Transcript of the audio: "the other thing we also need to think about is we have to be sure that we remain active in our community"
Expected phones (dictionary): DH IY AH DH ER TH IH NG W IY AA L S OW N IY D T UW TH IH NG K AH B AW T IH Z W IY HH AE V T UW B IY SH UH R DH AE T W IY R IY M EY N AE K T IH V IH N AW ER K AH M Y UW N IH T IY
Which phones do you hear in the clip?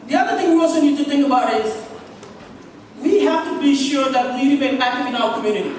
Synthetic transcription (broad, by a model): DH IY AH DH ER T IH NG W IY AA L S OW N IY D T UW T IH NG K AH B AW T IH Z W IY HH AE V T UW B IY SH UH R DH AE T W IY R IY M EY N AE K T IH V IH N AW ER K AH M Y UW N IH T IY